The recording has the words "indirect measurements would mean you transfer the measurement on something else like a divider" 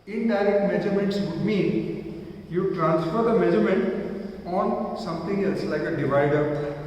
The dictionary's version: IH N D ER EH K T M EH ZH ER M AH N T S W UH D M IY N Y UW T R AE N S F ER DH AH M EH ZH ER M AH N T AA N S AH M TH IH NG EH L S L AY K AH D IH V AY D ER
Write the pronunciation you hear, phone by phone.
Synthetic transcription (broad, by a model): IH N D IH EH K T M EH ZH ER M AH N T S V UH D M IY N Y UW T R AE N S F ER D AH M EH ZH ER M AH N T AA N S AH M T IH NG EH L S L AY K AH D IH V AY D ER